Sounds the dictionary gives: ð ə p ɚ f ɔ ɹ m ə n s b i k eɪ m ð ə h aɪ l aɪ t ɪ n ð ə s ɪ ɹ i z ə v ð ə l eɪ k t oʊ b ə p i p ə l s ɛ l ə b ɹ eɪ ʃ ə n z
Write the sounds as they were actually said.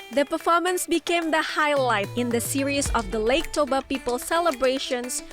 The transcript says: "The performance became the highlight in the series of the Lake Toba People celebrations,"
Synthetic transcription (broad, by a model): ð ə p ɚ f ɔ ɹ m ə n s b i k eɪ m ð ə h aɪ l aɪ t ɪ n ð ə s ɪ ɹ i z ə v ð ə l eɪ k t oʊ b ə p i p ə l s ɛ l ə b ɹ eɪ ʃ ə n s